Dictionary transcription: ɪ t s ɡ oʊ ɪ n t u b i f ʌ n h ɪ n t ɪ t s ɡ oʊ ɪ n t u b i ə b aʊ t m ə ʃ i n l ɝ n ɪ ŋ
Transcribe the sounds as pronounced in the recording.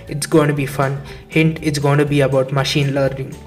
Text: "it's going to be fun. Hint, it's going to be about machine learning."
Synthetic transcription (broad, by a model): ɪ t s ɡ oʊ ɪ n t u b i f ʌ n h ɪ n t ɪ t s ɡ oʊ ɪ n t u b i ə b aʊ t m ə ʃ i n l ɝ n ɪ ŋ